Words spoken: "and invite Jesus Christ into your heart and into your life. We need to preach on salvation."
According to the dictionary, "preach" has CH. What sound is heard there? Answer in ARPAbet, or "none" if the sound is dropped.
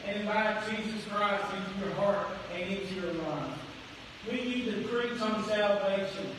S